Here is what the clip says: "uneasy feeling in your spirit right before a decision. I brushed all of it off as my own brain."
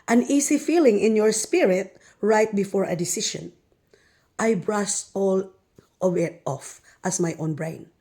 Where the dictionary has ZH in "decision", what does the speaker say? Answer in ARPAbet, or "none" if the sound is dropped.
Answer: SH